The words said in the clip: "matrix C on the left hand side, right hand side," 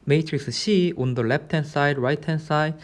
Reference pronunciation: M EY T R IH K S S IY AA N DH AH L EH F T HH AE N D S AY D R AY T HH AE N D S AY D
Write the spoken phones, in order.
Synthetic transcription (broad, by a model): M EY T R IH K S SH IY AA N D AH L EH P T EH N S AY D R AY T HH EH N S AY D